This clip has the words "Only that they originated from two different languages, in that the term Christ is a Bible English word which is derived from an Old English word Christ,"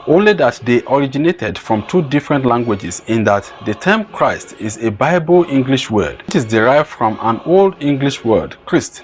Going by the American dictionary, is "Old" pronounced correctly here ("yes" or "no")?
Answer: yes